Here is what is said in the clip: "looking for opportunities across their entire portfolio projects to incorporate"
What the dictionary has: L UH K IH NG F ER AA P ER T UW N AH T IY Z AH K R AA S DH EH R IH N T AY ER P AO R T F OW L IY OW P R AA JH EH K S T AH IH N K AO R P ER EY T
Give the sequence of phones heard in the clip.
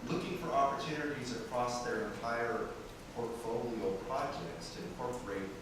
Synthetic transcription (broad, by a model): L UH K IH NG F ER AA P ER T UW N AH T IY Z AH K R AA S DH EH R IH N T AY ER P AO R T F OW L IY OW P R AA JH EH K S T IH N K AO R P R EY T